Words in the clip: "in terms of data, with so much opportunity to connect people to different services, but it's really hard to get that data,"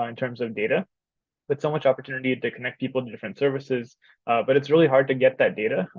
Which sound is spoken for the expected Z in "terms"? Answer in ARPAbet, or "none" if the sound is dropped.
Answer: Z